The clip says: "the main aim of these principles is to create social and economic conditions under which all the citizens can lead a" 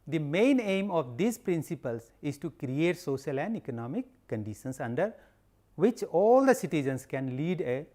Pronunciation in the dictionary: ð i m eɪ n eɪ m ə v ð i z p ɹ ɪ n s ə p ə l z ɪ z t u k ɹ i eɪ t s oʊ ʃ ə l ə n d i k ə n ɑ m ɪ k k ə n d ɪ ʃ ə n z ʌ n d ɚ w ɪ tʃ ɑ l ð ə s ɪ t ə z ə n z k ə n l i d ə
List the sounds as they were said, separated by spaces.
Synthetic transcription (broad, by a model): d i m eɪ n eɪ m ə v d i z p ɹ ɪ n s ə p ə l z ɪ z t u k ɹ i eɪ t s oʊ ʃ ə l ə n d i k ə n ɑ m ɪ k k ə n d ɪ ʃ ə n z ʌ n d ɚ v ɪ tʃ ɑ l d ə s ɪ t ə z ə n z k ə n l i d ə